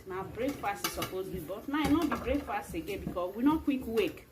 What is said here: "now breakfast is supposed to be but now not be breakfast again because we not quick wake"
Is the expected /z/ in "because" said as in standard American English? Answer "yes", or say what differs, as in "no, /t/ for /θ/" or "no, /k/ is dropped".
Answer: no, /z/ is dropped